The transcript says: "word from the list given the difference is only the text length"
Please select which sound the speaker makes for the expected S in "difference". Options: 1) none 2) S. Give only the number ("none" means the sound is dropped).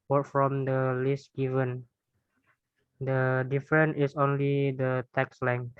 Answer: 1